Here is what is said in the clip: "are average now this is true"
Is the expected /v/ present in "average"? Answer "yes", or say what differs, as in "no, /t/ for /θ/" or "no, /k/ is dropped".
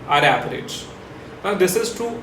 no, /p/ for /v/